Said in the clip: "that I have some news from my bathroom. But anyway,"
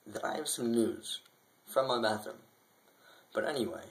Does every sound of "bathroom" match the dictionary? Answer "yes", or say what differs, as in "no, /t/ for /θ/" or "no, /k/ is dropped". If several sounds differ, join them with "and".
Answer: no, /ɹ/ is dropped